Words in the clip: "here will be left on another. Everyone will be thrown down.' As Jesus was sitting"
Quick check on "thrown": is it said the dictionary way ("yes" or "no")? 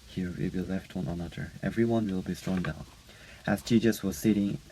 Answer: no